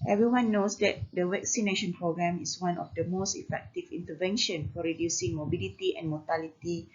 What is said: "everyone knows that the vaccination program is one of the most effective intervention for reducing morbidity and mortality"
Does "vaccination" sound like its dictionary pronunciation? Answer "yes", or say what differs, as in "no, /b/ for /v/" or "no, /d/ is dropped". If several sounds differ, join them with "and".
no, /w/ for /v/